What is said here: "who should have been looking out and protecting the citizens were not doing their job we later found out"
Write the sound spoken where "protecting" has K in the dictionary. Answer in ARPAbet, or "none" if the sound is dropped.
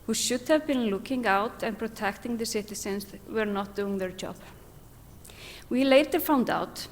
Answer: K